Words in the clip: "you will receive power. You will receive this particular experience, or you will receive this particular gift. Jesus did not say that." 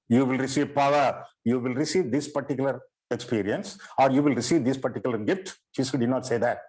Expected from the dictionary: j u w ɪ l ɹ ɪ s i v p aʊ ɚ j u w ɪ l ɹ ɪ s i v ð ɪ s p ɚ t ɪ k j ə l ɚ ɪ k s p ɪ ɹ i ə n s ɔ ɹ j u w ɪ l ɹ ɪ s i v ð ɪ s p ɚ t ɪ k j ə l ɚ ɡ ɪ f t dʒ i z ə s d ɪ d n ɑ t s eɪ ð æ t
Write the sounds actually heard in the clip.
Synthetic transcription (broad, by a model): j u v ɪ l ɹ ɪ s i v p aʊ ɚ j u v ɪ l ɹ ɪ s i v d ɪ s p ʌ t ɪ k j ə l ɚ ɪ k s p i ɹ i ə n s ɔ ɹ j u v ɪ l ɹ ɪ s i v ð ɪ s p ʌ t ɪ k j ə l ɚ ɡ ɪ f t ʃ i s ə d ɪ d n ɑ t s eɪ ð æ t